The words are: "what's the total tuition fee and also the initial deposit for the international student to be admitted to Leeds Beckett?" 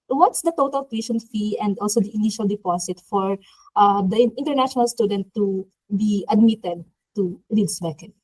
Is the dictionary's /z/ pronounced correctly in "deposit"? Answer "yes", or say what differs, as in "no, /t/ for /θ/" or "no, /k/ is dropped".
no, /s/ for /z/